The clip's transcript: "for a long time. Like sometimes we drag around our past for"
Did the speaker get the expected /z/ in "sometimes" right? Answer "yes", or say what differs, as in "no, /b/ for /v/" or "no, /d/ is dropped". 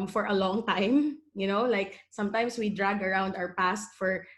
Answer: no, /s/ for /z/